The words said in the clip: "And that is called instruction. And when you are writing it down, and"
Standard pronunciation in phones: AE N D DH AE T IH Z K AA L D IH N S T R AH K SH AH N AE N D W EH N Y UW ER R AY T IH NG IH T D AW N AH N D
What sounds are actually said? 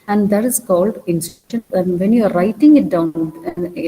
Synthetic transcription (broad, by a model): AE N D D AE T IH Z K AA L D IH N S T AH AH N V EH N Y UW ER R AY T IH NG IH T D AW AH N